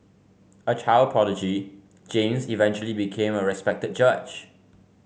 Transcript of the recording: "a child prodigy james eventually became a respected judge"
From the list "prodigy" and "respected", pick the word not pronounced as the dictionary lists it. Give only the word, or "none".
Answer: prodigy